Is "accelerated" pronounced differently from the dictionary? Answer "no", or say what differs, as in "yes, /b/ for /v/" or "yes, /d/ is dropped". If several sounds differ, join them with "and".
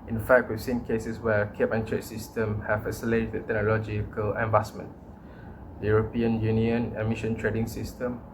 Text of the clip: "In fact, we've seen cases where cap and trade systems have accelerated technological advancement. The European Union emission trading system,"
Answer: yes, /k/ is dropped